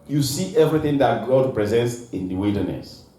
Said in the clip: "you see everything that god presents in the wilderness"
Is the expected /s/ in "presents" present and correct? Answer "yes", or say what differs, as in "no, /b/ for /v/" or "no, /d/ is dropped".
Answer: yes